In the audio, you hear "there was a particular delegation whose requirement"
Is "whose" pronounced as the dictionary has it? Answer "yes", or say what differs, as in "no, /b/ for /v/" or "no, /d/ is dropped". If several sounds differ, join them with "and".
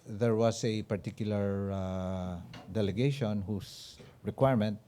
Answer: no, /s/ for /z/